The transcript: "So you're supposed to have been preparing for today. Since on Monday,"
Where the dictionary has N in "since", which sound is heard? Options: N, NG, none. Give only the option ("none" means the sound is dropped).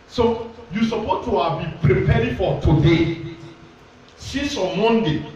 none